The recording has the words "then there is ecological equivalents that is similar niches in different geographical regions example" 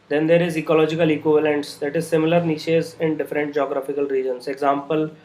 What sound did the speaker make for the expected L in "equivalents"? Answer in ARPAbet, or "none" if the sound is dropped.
L